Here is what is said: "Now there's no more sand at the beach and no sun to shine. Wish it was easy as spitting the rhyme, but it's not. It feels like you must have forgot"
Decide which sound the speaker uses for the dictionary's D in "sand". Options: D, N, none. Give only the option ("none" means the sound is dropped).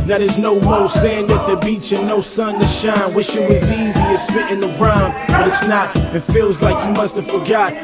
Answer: D